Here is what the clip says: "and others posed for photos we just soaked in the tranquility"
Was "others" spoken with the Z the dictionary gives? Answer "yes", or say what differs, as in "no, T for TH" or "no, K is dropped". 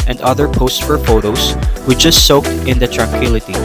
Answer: no, Z is dropped